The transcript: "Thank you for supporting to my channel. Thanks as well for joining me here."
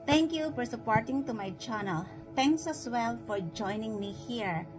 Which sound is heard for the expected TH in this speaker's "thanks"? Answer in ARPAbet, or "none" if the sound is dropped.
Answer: T